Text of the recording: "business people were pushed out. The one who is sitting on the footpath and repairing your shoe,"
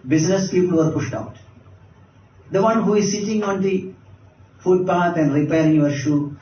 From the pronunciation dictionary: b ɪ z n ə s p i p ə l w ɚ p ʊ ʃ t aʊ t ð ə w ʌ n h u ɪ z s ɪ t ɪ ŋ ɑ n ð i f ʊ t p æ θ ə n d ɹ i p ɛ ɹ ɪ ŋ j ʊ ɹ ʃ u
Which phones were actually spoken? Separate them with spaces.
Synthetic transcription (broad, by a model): b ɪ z n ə s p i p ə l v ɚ p ʊ ʃ t aʊ t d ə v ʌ n h u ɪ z s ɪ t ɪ ŋ ɑ n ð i f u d p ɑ t ə n d ɹ i p ɛ ɹ ɪ ŋ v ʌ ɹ ʃ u